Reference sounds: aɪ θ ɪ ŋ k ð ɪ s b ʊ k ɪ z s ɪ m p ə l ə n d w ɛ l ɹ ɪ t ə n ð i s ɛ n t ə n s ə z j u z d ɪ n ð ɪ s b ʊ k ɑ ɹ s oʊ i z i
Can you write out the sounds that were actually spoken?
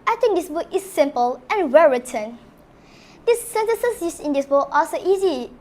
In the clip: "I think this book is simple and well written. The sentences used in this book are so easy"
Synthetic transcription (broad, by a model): aɪ t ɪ ŋ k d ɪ s b ʊ k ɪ s ɪ m p ə l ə n w ɛ l ɹ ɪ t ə n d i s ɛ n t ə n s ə s j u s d ɪ n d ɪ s b ʊ k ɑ l s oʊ i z i